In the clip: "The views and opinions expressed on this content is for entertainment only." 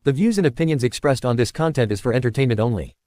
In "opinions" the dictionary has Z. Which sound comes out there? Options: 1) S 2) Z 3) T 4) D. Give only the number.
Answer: 2